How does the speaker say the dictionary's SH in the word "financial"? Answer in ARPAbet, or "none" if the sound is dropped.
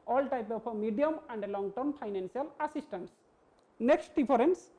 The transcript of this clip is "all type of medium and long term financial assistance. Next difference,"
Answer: S